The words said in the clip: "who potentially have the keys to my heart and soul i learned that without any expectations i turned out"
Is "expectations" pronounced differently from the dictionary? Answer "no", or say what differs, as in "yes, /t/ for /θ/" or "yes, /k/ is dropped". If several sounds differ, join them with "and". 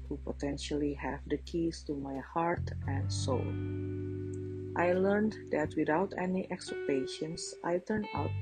yes, /p/ is dropped and /s/ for /z/